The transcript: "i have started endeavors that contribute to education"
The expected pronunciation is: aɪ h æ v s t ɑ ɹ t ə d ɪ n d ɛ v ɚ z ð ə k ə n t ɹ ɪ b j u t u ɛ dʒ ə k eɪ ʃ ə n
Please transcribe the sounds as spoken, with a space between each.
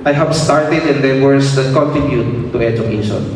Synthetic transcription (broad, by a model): aɪ h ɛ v s t ɑ ɹ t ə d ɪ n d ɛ w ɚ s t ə k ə n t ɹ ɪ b j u t u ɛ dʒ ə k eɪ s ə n